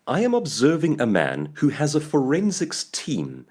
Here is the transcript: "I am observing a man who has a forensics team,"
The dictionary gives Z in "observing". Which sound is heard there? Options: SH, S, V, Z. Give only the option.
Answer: Z